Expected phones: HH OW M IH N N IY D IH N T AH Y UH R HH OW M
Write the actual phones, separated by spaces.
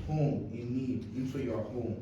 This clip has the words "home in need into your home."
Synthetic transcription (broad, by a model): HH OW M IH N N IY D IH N S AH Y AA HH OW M